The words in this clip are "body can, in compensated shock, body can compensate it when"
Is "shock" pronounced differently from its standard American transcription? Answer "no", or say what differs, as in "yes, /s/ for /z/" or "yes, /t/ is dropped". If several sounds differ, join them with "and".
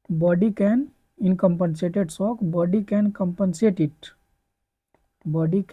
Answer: yes, /s/ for /ʃ/